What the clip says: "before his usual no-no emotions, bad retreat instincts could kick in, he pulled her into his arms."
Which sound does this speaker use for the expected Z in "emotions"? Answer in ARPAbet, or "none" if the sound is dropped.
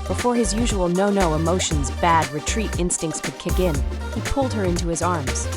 Z